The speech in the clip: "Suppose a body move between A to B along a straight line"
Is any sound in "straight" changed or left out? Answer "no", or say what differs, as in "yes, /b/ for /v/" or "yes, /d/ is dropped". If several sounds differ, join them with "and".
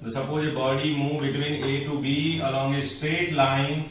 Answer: no